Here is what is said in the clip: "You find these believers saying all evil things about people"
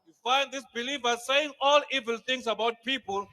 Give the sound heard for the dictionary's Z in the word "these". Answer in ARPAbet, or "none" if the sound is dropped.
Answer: S